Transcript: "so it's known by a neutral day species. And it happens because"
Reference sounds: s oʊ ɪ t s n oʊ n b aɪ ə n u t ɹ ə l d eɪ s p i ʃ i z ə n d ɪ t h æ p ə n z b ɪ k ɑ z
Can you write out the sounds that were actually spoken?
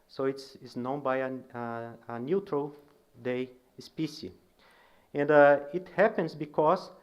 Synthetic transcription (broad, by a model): s oʊ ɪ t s n oʊ n b aɪ ə n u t ɹ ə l d eɪ s p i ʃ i ə n d ɪ t h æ p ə n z b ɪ k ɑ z